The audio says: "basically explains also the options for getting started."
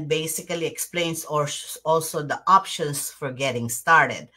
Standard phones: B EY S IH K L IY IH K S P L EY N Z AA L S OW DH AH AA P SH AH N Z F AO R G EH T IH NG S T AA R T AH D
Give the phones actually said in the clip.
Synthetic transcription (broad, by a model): B EY S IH K L IY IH K S P L EY N S AA L S OW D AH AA P SH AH N S F AO R G EH T IH NG S T AA R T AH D